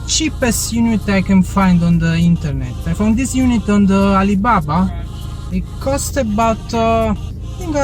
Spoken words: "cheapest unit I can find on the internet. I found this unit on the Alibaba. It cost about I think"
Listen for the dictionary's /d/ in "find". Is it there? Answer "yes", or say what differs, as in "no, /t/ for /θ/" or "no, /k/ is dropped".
yes